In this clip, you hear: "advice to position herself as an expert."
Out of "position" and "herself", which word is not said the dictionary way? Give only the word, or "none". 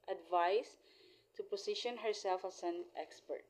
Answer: position